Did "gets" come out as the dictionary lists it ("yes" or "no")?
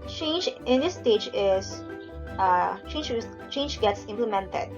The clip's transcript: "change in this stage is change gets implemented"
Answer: yes